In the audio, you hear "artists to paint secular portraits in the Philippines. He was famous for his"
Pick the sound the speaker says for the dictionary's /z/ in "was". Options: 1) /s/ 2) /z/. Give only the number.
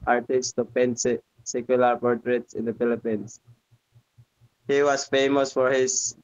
1